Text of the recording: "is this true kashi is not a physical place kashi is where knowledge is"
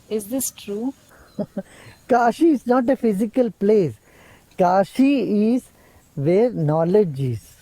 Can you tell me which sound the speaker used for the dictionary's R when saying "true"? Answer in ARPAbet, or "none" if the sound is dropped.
R